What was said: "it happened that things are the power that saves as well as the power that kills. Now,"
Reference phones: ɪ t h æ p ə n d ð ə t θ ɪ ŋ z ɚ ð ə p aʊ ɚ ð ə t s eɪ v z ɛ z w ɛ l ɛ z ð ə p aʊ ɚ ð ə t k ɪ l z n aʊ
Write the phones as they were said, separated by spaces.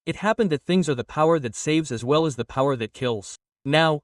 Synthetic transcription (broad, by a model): ɪ t h æ p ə n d ð ə t θ ɪ ŋ z ɚ ð ə p aʊ ɚ ð ə t s eɪ v z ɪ z w ɛ l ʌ z ð ə p aʊ ɚ ð ə t k ɪ l z n aʊ